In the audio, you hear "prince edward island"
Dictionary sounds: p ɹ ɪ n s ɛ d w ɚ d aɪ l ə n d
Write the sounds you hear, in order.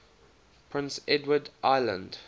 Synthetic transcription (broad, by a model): p ɹ ɪ n s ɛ d w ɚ d aɪ l ə n d